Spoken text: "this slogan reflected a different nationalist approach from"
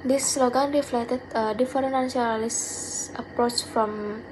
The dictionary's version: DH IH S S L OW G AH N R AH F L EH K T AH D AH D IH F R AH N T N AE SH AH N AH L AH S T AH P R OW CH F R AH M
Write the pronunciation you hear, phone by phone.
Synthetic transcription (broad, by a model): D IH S S L OW G AH N R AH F L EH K T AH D AH D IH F AH T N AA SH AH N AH L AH S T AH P R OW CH F R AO M